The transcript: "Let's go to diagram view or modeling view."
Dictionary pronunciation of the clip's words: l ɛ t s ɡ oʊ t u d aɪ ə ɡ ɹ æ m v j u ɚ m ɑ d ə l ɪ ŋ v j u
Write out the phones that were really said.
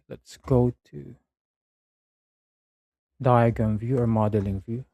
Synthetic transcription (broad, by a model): l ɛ t s ɡ oʊ t u d aɪ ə ɡ ʌ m v j u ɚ m ɑ d ə l ɪ ŋ v j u